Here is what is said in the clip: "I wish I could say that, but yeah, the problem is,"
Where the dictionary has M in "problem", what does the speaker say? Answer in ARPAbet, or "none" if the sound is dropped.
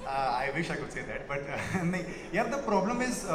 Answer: M